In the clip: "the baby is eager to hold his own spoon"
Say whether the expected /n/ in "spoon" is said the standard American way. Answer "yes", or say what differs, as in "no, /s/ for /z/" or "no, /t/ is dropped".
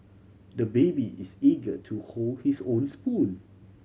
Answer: no, /l/ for /n/